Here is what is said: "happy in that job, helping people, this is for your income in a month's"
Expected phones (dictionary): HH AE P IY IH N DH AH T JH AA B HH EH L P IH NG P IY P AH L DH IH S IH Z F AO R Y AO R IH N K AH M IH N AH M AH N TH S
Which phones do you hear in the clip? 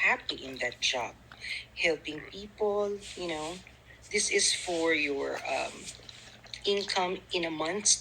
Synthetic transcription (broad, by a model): HH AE P IY IH N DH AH T JH AA B HH EH L P IH NG P IY P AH N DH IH S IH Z F AO R Y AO R IH N K AH M IH N AH M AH N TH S